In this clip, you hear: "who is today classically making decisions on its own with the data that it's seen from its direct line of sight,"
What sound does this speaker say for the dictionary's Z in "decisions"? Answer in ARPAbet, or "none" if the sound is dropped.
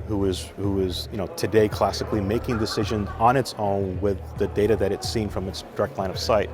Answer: Z